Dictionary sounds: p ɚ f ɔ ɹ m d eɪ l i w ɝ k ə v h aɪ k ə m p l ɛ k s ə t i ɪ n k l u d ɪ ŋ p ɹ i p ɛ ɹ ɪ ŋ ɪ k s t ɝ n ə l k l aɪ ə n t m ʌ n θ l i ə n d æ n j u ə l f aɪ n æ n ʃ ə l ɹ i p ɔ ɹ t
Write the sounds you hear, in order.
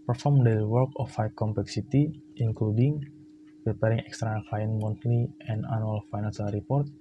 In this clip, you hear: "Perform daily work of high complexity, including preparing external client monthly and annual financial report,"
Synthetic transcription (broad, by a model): p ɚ f ɔ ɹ m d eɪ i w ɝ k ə f h aɪ k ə m p l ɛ k s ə t i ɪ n k l u d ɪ ŋ p ɹ i p ɛ ɹ ɪ ŋ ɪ k s t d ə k l aɪ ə n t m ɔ n t l i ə n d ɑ n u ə l f aɪ n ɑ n s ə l ɹ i p ɔ ɹ t